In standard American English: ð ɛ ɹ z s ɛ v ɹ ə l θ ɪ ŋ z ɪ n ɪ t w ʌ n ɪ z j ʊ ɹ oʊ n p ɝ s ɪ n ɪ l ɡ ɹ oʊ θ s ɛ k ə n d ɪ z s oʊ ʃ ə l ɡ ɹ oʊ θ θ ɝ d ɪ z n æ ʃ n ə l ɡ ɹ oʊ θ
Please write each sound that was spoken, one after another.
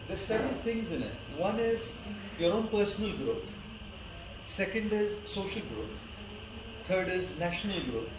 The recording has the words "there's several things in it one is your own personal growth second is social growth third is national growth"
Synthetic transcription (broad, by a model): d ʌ s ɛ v ə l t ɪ ŋ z ɪ n ɪ t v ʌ n ɪ z j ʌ ɹ oʊ n p ɝ s ɪ n ɪ l ɡ ɹ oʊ t s ɛ k ə n d ɪ z s oʊ ʃ ə l ɡ ɹ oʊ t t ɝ d ɪ z n æ ʃ n ə l ɡ ɹ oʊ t